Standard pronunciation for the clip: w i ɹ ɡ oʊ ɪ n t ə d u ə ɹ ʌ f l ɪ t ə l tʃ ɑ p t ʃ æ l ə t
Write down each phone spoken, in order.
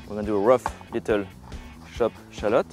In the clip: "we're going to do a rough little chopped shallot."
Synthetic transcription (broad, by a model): w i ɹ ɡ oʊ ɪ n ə d u ə ɹ ʌ f l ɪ t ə l ʃ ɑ p ʃ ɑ l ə t